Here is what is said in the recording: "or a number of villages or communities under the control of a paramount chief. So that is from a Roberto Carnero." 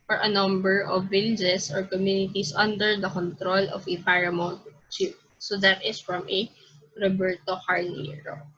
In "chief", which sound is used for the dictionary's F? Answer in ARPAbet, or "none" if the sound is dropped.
P